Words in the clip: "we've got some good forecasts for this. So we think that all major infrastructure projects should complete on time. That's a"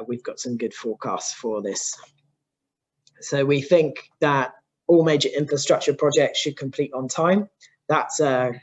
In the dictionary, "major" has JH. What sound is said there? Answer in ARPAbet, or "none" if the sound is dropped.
JH